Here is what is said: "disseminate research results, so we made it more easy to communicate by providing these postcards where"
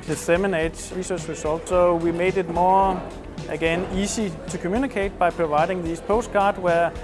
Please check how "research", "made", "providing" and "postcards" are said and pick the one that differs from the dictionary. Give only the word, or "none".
postcards